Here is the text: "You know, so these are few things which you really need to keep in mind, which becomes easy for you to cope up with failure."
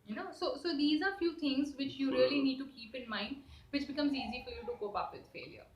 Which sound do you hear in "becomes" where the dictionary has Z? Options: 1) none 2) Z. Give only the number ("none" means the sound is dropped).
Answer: 2